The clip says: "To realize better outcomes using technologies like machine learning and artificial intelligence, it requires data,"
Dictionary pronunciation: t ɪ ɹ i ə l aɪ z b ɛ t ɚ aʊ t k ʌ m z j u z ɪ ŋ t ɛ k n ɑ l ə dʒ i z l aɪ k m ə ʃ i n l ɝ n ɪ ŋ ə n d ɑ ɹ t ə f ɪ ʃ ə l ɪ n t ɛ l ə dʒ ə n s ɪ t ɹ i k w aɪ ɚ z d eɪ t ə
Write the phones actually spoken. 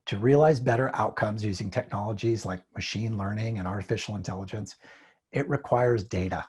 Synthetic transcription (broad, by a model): t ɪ ɹ i ə l aɪ z b ɛ t ɚ aʊ t k ʌ m z j u z ɪ ŋ t ɛ k n ɑ l ə dʒ i z l aɪ k m ə ʃ i n l ɝ n ɪ ŋ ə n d ɑ ɹ t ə f ɪ ʃ l ɪ n t ɛ l ə dʒ ə n s ɪ t ɹ i k w aɪ ɚ z d eɪ t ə